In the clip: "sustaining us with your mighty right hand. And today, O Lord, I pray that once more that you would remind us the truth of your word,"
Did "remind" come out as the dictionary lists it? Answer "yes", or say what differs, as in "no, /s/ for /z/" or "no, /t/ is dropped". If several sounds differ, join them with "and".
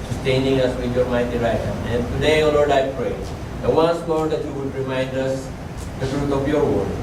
yes